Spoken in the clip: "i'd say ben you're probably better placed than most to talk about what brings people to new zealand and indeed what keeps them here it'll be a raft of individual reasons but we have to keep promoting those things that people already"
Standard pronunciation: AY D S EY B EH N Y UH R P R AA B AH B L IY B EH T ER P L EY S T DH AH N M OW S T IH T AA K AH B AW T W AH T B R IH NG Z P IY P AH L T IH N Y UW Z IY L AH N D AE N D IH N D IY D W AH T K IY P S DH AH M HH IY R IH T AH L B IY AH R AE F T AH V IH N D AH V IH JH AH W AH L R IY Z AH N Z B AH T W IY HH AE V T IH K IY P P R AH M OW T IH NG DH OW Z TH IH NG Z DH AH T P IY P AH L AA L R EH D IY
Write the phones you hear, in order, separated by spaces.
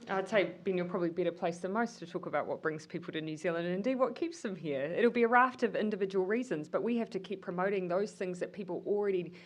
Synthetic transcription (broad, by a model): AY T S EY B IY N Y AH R P R AA B AH B L IY B EH T ER P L EY S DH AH M OW S T IH T AA K AH B AW T W AH T B R IH NG Z P IY P L T IH N Y UW Z IY L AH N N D IH N D IY D W AH T K IY P S DH AH M HH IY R IH T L B IY AH R AE F T AH V IH N D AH V IH JH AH W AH L R IY Z AH N Z B AH T W IY HH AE F T IH K IY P P R AH M OW T IH NG DH OW Z TH IH NG Z DH AH T P IY P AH L L R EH D IY